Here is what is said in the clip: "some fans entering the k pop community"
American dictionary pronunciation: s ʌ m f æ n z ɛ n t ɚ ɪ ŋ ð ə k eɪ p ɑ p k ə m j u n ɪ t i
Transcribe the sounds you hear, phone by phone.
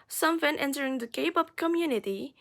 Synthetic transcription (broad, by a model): s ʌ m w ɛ n ɛ n t ɚ ɪ ŋ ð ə k eɪ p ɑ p k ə m j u n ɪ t i